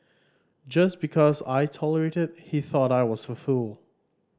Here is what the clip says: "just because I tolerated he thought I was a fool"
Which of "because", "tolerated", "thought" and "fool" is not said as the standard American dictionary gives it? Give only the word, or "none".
none